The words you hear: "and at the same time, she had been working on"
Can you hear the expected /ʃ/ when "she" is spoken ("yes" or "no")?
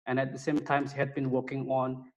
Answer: no